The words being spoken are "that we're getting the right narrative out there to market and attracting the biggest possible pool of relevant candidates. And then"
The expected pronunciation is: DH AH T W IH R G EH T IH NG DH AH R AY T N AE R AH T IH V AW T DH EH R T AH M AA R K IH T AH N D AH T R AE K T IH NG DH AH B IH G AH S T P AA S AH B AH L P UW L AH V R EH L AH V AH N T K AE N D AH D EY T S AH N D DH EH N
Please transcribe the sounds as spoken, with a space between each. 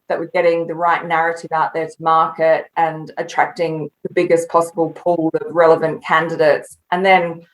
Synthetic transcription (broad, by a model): DH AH T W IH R G EH T IH NG DH AH R AY T N AE R AH T IH V AW T DH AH R T AH M AA R K IH T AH N AH T R AE K T IH NG DH AH B IH G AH S P AA S AH B AH L P UW L AH V R EH L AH V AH N K AE N D AH D EY T S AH N DH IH N